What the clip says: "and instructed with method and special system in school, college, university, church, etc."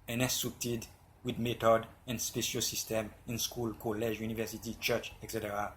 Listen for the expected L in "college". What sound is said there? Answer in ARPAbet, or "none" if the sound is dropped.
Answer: L